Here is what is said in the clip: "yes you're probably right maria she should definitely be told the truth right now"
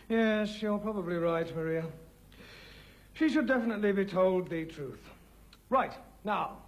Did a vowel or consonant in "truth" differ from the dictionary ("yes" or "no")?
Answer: no